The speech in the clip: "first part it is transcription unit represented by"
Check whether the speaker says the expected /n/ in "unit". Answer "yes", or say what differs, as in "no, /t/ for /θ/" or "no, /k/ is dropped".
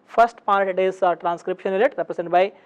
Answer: no, /l/ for /n/